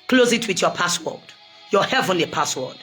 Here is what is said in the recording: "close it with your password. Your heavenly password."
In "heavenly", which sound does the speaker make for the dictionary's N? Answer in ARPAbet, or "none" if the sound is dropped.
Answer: N